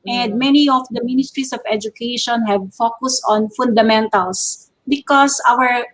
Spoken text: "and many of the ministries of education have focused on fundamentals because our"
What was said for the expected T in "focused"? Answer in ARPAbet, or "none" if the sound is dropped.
T